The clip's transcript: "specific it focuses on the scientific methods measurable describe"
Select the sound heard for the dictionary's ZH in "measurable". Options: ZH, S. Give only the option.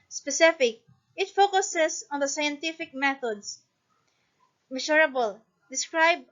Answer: S